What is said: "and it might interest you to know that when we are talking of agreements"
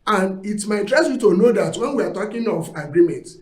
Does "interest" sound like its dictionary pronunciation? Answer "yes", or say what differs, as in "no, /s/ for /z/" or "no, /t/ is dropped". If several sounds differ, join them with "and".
no, /n/ is dropped